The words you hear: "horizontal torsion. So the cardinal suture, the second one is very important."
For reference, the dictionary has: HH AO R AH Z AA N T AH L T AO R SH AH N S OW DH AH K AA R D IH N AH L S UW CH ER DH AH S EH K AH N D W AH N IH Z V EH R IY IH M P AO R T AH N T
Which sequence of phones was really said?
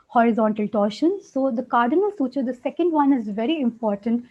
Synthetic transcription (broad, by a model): HH AO R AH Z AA N T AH L T AO R SH AH N S OW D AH K AA R D IH N AH L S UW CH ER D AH S EH K AH N D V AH N IH Z V EH R IY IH M P AO R T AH N T